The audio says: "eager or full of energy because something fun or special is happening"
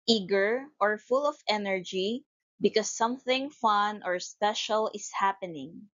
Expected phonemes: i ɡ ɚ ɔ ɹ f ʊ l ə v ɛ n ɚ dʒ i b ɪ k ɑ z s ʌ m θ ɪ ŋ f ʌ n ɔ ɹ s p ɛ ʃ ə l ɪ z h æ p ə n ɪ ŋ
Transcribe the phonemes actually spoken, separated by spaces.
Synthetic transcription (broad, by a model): i ɡ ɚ ɔ ɹ f ʊ l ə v ɛ n ɚ dʒ i b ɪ k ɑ s ʌ m θ ɪ ŋ f ʌ n ɔ ɹ s p ɛ ʃ ə l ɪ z h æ p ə n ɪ ŋ